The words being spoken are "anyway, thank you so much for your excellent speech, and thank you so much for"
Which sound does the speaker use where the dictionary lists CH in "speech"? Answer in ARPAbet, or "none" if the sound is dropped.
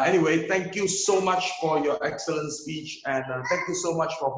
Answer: CH